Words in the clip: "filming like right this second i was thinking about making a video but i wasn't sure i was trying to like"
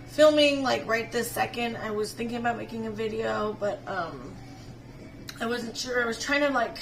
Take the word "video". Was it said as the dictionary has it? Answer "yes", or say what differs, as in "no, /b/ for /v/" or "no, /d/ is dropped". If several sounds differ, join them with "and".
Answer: yes